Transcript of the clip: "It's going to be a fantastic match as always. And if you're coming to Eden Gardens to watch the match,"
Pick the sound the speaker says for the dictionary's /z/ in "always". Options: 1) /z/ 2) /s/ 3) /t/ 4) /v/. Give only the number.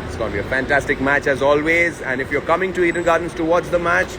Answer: 1